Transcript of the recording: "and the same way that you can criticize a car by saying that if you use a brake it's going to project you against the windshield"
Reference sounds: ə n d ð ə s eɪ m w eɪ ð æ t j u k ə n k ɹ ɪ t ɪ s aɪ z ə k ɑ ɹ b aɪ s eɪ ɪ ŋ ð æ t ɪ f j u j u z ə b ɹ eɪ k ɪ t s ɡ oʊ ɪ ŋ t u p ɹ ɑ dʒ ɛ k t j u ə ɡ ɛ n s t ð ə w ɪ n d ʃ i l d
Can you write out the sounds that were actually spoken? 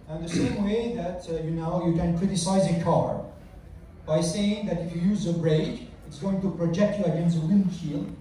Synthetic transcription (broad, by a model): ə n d ð ə s eɪ m w eɪ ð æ t j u k ə n k ɹ ɪ t ɪ s aɪ z ə k ɑ ɹ b aɪ s eɪ ɪ ŋ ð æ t ɪ f j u j u z ə b ɹ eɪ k ɪ t s ɡ oʊ ɪ ŋ t u p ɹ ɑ dʒ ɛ k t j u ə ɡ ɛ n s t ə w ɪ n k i l